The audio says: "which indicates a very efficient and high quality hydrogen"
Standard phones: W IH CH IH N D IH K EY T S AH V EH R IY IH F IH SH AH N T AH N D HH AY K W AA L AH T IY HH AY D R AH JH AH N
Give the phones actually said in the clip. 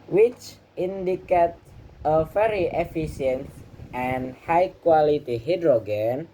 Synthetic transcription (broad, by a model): W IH CH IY N D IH K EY T AH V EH R IY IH F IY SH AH N T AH N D HH AY K W AA L AH T IY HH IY D R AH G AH N